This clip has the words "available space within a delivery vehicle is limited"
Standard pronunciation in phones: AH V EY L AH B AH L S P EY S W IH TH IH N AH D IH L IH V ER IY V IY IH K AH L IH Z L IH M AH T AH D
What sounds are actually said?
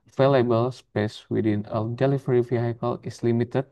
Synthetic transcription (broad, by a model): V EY L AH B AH L S P EY S W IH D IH N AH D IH L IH F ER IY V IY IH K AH L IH S L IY M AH T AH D